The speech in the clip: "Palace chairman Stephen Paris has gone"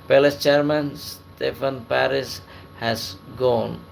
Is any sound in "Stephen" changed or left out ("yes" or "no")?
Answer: yes